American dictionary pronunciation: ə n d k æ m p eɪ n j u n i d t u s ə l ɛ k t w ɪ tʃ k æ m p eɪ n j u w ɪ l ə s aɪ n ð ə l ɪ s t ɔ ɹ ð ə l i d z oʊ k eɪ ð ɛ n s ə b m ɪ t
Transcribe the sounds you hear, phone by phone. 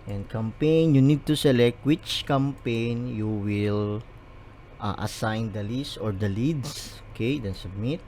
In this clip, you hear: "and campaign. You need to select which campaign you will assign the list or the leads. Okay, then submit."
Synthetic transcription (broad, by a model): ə n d k æ m p eɪ n j u n i d t u s ə l ɛ k t w ɪ tʃ k æ m p eɪ n j u w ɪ l ə s aɪ n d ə l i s ɔ ɹ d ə l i d s oʊ k eɪ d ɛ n s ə b m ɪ t